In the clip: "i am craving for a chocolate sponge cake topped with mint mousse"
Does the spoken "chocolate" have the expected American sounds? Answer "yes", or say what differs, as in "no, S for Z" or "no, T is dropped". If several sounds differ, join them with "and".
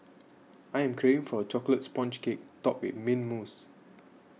yes